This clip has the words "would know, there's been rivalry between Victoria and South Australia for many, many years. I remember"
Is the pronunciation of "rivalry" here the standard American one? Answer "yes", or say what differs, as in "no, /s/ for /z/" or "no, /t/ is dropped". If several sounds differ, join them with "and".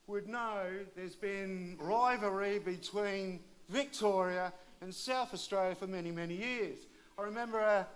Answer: no, /l/ is dropped